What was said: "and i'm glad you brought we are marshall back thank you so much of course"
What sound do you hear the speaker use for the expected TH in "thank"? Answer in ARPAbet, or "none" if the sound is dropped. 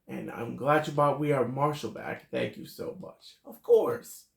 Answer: TH